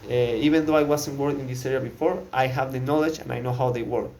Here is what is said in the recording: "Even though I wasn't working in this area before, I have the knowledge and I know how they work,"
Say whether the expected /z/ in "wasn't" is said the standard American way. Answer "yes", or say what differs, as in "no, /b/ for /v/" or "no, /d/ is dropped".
no, /s/ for /z/